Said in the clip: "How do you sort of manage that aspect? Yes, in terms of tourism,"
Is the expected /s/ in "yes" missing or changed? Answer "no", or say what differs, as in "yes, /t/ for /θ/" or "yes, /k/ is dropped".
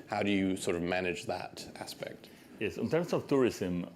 no